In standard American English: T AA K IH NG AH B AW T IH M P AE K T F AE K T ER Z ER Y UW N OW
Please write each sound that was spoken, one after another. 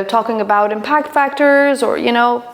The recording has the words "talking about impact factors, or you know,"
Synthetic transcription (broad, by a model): T AA K IH NG AH B AW T IH M P AE K T F AE K T ER Z ER Y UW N OW